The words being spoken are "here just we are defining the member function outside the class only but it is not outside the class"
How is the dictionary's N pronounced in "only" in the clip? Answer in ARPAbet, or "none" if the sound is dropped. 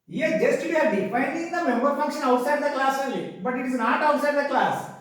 none